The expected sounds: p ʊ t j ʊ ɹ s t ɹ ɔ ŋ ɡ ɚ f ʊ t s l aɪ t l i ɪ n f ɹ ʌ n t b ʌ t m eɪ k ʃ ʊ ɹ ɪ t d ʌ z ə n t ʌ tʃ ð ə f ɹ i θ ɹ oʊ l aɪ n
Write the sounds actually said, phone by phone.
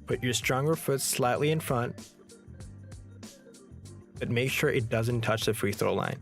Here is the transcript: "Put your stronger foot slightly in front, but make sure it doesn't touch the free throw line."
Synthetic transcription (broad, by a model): p ʊ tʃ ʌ ɹ s t ɹ ɔ ŋ ɡ ɚ f ʊ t s l aɪ t l i ɪ n f ɹ ʌ n t b ʌ t m eɪ k ʃ ʊ ɹ ɪ t d ʌ z ə n t ʌ tʃ ð ə f ɹ i θ ɹ oʊ l aɪ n